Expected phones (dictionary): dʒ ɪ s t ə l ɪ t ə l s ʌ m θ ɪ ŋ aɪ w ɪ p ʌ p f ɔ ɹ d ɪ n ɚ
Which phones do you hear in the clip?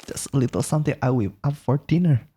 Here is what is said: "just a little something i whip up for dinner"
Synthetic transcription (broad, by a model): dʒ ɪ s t ə l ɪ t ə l s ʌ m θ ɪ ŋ aɪ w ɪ ʌ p f ɔ ɹ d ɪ n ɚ